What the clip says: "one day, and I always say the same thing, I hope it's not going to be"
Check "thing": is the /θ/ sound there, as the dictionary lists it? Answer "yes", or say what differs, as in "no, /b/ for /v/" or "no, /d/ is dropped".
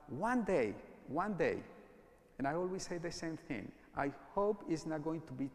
yes